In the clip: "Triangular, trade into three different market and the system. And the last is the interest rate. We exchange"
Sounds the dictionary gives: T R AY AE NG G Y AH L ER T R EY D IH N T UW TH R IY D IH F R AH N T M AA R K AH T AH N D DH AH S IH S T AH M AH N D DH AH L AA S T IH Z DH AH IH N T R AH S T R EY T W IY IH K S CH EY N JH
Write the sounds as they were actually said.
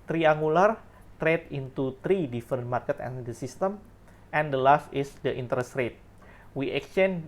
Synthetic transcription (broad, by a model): T R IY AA NG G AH L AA T R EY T IH N T UW T R IY D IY F R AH N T M AA R K AH T AH N D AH S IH S T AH M AH N D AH L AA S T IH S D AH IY N T R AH S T R EY T W IY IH K S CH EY N